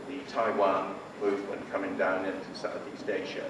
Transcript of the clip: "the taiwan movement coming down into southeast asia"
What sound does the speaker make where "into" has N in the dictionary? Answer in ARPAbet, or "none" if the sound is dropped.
N